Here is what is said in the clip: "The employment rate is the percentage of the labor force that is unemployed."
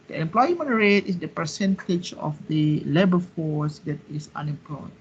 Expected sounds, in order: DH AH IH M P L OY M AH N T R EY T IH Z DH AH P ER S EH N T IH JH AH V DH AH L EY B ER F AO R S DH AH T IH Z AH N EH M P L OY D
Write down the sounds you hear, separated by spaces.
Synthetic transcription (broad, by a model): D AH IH M P L OY M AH N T R EY T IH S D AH P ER S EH N T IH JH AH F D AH L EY B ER F AO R S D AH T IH S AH N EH M P L OY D